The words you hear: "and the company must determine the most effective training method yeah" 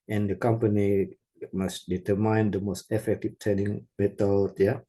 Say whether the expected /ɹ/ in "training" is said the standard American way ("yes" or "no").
no